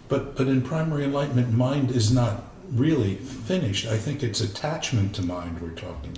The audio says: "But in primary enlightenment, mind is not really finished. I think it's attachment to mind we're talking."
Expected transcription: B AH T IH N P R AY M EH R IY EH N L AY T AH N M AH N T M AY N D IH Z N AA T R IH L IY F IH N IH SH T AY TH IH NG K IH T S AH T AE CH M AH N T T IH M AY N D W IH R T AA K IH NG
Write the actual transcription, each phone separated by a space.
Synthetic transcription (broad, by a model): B AH T IH N P R AY M EH R IY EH N L AY T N M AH N M AY N D IH Z N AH T R IH L IY F IH N IH SH T AY TH IH NG K IH T S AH T AE CH M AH N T T IH M AY N D W IH R T AA K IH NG